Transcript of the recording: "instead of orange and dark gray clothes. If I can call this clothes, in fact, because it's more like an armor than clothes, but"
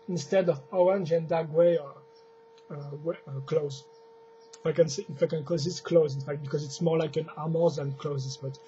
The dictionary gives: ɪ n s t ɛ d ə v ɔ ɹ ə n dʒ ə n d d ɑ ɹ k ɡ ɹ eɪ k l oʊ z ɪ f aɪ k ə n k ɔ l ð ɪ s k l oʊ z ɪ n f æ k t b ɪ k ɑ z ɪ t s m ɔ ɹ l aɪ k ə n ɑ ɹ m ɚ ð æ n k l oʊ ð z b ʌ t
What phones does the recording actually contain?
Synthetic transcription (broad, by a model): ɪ n s t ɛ d ə v ɔ ɹ ə n dʒ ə n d d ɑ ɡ w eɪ k l oʊ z ɪ f aɪ k ə n k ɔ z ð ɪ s k l oʊ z ɪ n f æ k t b ɪ k ɑ z ɪ t s m ɔ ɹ l aɪ k ə n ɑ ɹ m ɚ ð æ n k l oʊ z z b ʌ t